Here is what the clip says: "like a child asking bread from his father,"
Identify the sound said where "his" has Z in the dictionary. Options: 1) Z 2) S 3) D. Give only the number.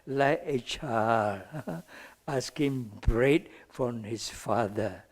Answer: 2